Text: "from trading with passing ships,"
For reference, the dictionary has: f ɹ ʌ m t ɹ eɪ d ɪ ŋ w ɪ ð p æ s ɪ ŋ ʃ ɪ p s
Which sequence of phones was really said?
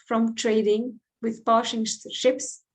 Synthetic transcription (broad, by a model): f ɹ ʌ m t ɹ eɪ d ɪ ŋ w ɪ ð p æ ʃ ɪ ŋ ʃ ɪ p s